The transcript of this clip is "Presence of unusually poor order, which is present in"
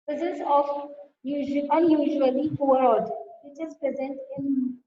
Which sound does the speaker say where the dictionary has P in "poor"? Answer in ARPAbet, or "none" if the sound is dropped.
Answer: F